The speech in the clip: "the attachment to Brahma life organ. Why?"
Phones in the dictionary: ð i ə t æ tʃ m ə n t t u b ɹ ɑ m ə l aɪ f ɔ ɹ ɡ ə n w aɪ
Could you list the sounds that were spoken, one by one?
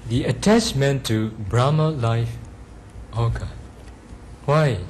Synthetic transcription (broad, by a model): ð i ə t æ tʃ m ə n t t u b ɹ ɑ m ə l aɪ f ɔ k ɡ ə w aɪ